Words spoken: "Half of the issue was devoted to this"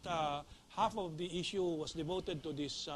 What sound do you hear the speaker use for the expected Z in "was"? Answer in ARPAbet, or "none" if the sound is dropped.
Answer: S